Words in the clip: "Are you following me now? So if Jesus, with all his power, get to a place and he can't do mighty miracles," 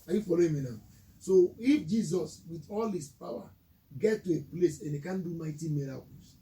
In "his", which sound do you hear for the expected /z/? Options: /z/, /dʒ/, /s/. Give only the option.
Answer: /s/